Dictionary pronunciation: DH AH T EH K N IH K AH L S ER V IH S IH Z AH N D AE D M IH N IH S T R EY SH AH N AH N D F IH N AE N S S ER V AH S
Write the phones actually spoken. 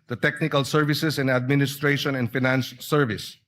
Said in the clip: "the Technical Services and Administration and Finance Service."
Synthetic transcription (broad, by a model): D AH T EH K N IH K AH L S ER V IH S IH S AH N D AE D M IH N IH S T R EY SH AH N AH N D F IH N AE N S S ER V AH S